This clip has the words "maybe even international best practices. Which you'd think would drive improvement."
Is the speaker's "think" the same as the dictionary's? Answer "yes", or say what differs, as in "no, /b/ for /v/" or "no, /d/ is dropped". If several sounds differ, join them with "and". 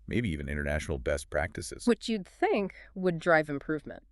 yes